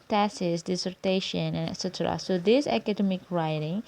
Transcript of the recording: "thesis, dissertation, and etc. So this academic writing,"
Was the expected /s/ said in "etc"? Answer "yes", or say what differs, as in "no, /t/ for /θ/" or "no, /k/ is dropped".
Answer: yes